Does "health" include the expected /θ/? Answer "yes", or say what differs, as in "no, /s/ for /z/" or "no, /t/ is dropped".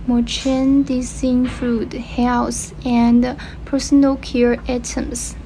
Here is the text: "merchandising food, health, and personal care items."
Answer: no, /s/ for /θ/